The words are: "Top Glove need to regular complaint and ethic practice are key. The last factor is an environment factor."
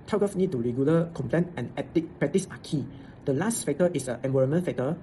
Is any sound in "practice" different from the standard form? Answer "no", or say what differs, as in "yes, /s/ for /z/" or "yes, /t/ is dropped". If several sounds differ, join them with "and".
yes, /ɹ/ is dropped